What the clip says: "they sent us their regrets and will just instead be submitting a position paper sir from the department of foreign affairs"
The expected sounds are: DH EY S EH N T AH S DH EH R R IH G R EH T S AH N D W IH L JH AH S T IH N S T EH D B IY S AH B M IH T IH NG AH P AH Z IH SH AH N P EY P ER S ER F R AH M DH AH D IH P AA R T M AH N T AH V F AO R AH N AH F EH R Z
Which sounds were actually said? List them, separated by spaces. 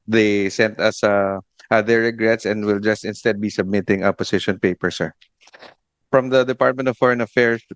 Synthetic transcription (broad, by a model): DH EY S EH N T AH S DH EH R R IH G R EH T S AH N D W IH L JH AH S T IH N S T EH D B IY S AH B M IH T IH NG AH P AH S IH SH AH N P EY P ER S ER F R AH M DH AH D IH P AA R T M AH N T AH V F AO R AH N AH F EH R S